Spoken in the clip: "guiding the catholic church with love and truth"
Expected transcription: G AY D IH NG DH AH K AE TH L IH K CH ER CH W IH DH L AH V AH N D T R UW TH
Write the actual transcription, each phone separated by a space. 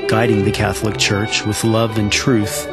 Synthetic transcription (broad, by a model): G AY D IH NG DH AH K AE TH L IH K CH ER CH W IH DH L AH V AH N T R UW TH